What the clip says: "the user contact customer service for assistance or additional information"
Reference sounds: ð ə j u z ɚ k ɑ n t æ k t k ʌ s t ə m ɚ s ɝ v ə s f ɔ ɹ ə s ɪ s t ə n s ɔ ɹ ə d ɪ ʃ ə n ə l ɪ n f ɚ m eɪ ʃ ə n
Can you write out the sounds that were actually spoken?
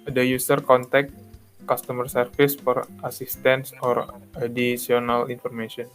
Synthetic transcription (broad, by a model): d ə j u s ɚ k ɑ n t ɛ k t k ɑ s t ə m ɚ s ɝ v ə s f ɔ ɹ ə s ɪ s t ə n s ɔ ɹ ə d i s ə n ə l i n f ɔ m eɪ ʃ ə n